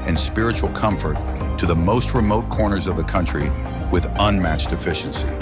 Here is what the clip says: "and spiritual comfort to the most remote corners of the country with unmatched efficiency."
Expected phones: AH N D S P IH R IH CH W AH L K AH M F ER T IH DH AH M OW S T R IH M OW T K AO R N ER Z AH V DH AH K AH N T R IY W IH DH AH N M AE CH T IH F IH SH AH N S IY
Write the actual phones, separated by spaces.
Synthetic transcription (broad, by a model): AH N S P IH R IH CH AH L K AH M F ER T IH DH AH M OW S T R IH M OW T K AO R N ER Z AH V DH AH K AH N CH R IY W IH DH AH N M AE CH T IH F IH SH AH N S IY